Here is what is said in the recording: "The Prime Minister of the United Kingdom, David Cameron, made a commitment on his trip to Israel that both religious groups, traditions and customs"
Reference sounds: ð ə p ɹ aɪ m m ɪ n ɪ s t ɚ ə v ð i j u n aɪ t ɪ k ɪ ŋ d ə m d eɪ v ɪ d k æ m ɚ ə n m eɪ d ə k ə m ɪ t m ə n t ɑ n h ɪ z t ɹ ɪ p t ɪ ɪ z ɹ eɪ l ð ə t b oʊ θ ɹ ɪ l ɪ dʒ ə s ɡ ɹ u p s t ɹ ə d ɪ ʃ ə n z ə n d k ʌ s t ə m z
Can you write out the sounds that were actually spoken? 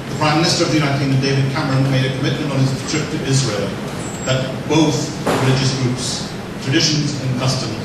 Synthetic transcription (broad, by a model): ð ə p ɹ aɪ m m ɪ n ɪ s t ɚ ə v ð i j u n aɪ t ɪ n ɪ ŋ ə d eɪ v ɪ d k æ m ɚ ə n m eɪ d ə k ə m ɪ t m ə n t n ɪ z t ɹ ɪ p t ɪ ɪ z ɹ eɪ l ð ə t b oʊ θ ɹ ɪ l ɪ dʒ ə s ɡ ɹ u p s t ɹ ə d ɪ ʃ ə n z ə n k ʌ s t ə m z